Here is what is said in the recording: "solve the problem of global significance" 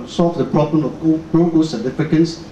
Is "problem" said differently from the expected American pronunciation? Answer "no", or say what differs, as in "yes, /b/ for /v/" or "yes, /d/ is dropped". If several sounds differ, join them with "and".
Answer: no